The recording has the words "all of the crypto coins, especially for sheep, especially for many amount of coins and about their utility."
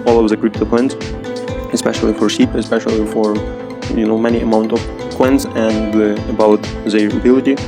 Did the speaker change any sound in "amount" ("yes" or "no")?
no